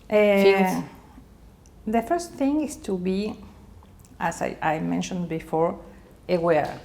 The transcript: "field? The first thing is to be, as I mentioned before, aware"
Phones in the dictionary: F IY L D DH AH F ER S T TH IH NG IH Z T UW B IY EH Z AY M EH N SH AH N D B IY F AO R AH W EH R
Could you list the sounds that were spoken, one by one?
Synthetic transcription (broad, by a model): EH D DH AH F ER S T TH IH NG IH S T UW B IY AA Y AY M EH N SH AH N D B IY F AO R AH W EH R